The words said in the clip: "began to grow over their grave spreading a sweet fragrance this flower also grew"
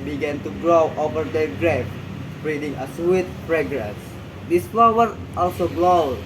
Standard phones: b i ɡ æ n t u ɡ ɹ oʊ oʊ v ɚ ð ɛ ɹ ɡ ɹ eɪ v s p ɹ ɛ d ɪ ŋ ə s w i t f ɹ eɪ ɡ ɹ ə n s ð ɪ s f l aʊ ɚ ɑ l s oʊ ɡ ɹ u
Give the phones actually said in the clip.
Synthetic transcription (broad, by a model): b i ɡ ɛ n t u ɡ ɹ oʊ oʊ v ɚ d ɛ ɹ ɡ ɹ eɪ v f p ɹ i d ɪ ŋ ə s w i t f ɹ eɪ ɡ ɹ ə s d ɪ s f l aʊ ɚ ɑ l s oʊ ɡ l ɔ